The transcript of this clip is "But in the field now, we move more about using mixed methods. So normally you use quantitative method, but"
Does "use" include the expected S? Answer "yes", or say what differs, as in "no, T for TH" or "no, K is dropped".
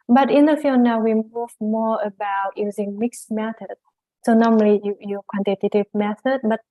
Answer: no, S is dropped